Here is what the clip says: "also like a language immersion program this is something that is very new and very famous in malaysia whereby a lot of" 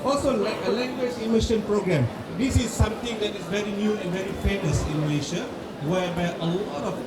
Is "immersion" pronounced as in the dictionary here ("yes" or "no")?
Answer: no